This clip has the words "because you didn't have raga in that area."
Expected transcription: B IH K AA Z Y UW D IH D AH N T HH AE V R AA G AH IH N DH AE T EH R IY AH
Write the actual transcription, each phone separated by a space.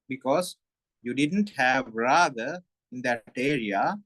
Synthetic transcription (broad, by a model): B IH K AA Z Y UW D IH D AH N T HH AE V R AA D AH IH N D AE T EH R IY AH